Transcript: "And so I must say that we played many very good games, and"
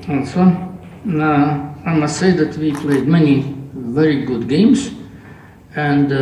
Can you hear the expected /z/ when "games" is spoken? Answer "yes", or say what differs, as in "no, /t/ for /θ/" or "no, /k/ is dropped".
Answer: no, /s/ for /z/